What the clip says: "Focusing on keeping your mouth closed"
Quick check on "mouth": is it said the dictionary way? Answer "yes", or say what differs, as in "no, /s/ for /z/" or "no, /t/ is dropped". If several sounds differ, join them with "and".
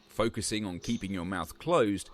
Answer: yes